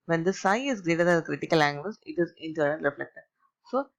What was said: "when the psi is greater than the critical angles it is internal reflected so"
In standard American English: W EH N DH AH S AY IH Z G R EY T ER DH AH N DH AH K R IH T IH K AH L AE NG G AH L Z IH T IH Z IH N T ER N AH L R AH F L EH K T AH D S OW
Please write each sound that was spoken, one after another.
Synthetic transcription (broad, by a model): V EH N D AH S AY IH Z G R EY T ER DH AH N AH K R IH T IH K AH L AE NG G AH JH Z IH T IH Z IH N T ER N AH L R AH F L EH K T AH D S OW